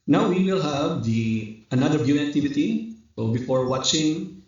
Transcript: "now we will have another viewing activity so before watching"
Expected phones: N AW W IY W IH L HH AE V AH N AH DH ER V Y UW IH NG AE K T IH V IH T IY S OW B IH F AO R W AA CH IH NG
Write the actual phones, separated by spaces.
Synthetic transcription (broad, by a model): N AW W IY W IH L HH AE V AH N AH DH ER B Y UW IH K T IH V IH T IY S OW B IH F AO R W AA CH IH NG